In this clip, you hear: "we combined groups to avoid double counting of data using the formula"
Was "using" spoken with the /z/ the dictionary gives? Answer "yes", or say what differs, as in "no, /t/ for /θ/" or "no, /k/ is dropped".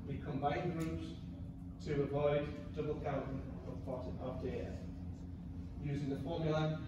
yes